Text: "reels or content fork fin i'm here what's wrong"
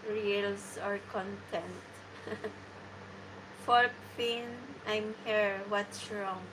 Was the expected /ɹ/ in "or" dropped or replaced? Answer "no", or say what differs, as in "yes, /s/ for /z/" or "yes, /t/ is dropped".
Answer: no